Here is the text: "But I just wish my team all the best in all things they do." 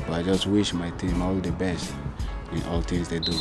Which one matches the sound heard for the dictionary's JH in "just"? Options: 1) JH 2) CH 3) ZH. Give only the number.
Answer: 1